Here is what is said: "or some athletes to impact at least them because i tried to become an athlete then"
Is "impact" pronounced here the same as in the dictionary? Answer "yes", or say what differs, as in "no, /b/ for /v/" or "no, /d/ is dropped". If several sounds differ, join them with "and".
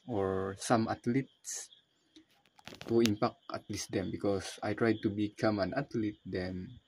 no, /t/ is dropped